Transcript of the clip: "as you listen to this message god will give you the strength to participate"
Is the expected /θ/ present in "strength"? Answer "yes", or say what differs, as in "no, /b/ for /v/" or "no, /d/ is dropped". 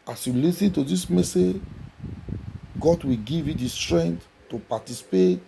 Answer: no, /t/ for /θ/